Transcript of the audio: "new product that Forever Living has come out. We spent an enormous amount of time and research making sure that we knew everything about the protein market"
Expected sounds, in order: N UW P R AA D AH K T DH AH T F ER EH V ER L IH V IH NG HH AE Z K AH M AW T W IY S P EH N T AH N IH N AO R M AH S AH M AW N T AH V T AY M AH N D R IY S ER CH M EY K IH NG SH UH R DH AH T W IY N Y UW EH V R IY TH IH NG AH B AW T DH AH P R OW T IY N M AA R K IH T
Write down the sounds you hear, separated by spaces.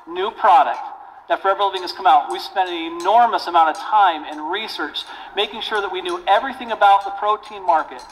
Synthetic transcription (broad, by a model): N UW P R AA D AH K T DH AH T F ER EH V ER L IH V IH NG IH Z K AH M AW T W IY S P EH N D AH N IH N AO R M AH S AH M AW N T AH V T AY M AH N R IY S ER CH M EY K IH NG SH UH R DH AH T W IY N Y UW EH V R IY TH IH NG AH B AW T DH AH P R OW T IY N M AA R K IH T